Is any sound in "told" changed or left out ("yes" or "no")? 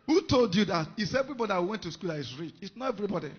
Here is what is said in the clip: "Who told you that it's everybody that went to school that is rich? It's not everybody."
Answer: no